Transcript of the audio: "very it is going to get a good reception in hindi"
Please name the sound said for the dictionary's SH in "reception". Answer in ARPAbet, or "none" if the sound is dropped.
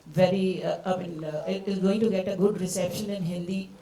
SH